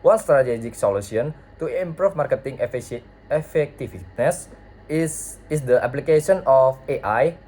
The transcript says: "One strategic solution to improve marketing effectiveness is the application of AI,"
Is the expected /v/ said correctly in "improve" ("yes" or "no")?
no